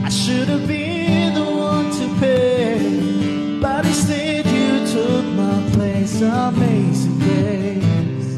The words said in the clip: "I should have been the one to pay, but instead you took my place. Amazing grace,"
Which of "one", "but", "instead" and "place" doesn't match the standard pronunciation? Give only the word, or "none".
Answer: instead